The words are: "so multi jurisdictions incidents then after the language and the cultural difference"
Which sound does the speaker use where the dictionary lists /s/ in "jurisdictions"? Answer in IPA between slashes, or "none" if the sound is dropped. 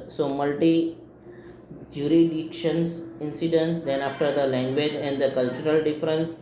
none